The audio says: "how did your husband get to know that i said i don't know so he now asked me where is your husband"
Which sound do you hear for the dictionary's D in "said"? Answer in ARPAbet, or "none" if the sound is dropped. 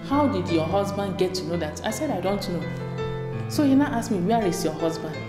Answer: D